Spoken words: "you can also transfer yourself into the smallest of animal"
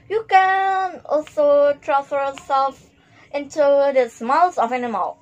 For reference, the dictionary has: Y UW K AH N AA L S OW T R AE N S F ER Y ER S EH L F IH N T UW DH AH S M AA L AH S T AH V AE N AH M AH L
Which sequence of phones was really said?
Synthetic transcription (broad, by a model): Y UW K AH N AA L S OW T R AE S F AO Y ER S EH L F IH N T UW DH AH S M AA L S AH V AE N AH M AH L